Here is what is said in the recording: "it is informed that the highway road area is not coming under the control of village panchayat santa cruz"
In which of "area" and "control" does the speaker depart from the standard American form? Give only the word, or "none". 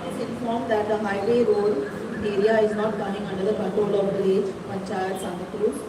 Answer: control